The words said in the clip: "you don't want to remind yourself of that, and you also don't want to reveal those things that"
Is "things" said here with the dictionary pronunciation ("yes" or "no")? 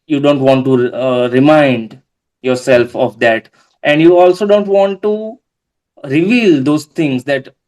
no